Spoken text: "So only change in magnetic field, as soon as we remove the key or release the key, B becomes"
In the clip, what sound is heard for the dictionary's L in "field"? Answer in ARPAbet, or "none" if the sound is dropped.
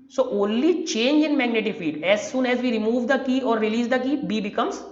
none